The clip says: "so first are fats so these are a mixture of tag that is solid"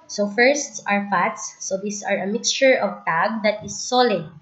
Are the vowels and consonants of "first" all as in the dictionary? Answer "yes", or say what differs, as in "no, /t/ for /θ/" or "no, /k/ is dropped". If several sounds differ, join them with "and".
yes